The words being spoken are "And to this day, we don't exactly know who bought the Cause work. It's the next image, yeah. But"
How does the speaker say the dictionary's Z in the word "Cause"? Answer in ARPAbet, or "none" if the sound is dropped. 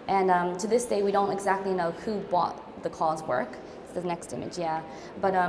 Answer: Z